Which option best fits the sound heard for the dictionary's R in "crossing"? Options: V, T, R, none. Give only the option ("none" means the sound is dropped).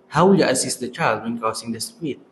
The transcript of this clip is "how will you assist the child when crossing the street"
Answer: none